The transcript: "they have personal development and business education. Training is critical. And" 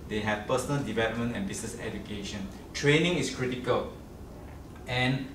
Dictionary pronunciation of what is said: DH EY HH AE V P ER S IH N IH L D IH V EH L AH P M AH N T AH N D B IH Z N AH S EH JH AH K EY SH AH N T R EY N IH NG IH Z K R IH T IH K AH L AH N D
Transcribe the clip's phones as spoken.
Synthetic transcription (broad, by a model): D EY HH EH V P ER S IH N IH L D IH V EH L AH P M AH N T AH N B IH S N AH S EH JH AH K EY SH AH N T R EY N IH NG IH S K R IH T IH K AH L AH N